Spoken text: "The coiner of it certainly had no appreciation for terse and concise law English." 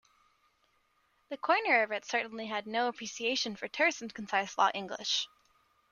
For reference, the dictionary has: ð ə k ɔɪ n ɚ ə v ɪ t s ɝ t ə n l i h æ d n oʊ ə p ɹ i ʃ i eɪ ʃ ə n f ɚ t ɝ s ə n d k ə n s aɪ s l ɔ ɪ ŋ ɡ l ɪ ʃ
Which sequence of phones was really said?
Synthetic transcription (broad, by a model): ð ə k ɔɪ n ɚ ə v ɪ t s ɝ t n l i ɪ d n oʊ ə p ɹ i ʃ i eɪ ʃ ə n f ɚ t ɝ ə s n k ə n s aɪ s l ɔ ɪ ŋ ɡ l ɪ ʃ